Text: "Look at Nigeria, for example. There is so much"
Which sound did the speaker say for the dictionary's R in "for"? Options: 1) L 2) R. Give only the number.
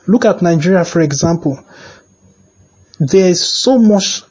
2